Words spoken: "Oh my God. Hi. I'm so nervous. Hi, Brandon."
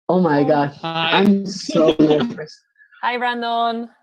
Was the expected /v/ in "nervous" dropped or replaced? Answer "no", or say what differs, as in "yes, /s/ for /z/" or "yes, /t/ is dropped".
yes, /v/ is dropped